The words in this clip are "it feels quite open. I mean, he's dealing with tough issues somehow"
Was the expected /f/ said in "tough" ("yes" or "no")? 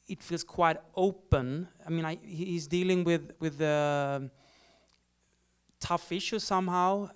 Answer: yes